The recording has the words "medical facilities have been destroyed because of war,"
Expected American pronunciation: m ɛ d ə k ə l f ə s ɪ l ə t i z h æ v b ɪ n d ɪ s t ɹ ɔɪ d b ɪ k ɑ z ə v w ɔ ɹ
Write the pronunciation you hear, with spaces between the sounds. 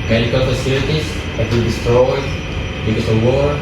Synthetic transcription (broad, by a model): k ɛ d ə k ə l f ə s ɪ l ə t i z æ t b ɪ l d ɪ s t ɹ ɔɪ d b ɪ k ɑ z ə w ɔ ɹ